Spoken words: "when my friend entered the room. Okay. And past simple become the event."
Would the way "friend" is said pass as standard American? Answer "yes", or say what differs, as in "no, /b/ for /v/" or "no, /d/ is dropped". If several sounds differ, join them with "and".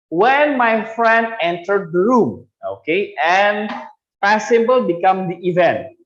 yes